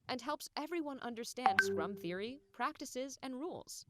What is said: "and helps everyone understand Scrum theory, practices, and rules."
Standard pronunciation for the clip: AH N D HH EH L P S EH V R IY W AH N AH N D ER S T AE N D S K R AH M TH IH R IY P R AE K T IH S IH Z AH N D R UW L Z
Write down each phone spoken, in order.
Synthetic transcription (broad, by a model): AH N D HH EH L P S EH V R IY W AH N AH N D ER S T AE N D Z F R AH M TH IH R IY P R AE K T IH S IH Z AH N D R UW L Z